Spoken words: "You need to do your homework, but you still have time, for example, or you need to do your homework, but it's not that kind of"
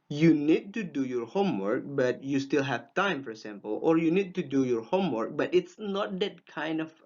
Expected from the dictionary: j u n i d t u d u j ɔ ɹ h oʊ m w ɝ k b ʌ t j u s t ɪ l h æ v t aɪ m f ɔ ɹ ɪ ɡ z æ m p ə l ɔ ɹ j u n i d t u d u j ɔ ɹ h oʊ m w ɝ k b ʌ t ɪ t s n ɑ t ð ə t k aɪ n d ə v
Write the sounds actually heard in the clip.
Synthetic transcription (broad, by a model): j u n i d t u d u j ɔ ɹ h oʊ m w ɝ k b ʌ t j u s t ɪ l h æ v t aɪ m f ɔ ɹ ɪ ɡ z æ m p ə l ɔ ɹ j u n i d t u d u j ɔ ɹ h oʊ m w ɝ k b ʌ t ɪ t s n ɑ t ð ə t k aɪ n d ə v